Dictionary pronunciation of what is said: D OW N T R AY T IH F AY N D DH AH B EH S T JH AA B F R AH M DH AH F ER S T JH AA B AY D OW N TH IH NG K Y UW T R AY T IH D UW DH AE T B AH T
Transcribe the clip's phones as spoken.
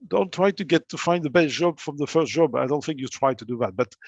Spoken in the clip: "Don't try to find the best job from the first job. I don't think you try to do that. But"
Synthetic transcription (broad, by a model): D OW N T R AY T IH F AY N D DH AH B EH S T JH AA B F R AH M DH AH F ER S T JH AA B AY D OW N TH IH NG K Y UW T R AY T IH D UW DH AE T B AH T